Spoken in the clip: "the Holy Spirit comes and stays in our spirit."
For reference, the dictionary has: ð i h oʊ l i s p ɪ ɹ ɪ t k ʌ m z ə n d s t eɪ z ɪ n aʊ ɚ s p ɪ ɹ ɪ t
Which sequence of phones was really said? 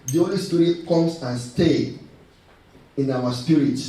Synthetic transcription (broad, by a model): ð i oʊ l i s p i ɹ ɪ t k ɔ m s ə n s t eɪ ɪ n aʊ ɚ s p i ɹ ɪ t